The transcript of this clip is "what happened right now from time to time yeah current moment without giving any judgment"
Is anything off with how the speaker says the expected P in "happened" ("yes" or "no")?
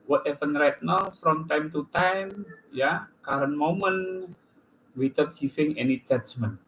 yes